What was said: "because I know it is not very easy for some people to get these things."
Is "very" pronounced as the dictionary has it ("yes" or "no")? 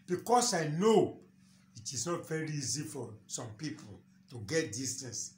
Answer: yes